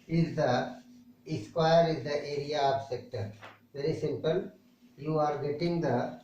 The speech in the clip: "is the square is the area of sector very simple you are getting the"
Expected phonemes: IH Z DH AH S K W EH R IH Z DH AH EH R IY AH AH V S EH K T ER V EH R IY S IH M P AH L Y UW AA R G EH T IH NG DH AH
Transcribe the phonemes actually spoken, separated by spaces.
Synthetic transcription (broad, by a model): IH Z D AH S K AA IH R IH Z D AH EH R IY AH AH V S EH K T ER V EH R IY S IH M P AH L Y UW AA R G EH T IH NG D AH